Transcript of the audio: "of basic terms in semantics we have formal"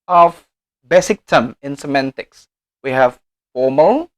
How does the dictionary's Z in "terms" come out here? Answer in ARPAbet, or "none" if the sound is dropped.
none